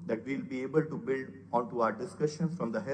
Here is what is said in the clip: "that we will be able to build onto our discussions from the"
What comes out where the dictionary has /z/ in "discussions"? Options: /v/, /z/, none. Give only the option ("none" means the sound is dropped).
none